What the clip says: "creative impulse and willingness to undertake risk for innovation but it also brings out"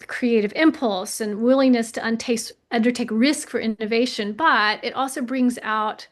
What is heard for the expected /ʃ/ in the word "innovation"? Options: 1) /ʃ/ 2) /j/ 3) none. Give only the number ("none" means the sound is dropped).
1